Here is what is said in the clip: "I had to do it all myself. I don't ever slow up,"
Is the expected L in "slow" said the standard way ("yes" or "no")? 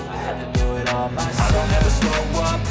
no